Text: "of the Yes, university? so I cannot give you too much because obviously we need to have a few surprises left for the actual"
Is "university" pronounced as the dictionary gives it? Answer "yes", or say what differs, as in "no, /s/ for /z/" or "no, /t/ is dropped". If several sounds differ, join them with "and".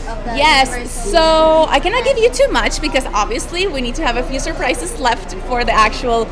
no, /n/ is dropped